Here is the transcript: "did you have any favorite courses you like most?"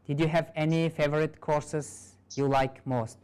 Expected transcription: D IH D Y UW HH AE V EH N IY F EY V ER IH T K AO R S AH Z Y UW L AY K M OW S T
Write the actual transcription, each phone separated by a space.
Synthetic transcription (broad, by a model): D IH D Y UW HH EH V EH N IY F EY V ER IH T K AO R S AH S Y UW L AY K M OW S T